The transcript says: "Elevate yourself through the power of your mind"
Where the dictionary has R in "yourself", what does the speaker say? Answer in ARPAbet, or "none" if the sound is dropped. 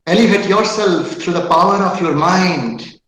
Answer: R